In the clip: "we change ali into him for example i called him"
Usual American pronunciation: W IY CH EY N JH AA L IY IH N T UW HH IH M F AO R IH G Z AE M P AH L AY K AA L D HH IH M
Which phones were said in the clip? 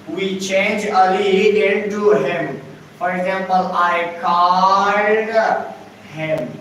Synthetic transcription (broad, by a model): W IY CH EY N JH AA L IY IH N T UW HH IH M F AO R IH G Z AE M P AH L AY K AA D HH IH M